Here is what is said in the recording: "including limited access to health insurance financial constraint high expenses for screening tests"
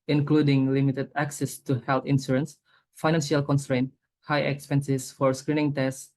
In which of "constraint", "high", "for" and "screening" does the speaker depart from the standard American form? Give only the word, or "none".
none